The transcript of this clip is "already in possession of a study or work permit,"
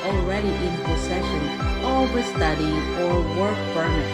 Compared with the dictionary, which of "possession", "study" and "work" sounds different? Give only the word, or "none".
possession